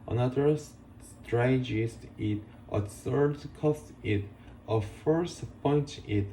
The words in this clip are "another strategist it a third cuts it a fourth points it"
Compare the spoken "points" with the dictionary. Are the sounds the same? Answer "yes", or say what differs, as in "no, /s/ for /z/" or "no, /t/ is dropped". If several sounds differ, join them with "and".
no, /s/ is dropped